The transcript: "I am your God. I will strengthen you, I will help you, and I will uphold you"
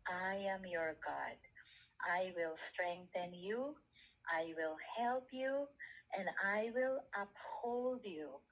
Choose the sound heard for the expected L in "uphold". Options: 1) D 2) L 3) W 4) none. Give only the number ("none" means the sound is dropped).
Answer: 2